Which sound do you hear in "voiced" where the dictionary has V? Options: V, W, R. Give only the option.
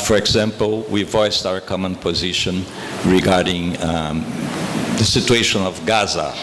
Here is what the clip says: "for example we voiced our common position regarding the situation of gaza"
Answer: V